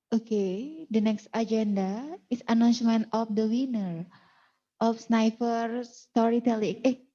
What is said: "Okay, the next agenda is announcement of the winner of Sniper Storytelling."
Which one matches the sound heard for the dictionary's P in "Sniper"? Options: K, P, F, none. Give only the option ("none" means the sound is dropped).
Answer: F